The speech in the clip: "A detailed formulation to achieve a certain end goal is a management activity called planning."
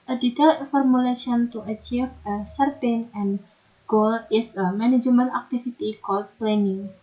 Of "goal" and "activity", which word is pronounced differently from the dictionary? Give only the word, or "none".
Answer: activity